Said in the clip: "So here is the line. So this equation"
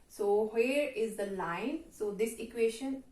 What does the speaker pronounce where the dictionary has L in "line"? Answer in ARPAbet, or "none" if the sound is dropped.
L